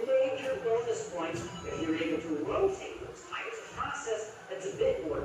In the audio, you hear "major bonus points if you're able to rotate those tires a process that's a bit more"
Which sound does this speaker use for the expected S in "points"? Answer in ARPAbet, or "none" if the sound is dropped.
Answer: none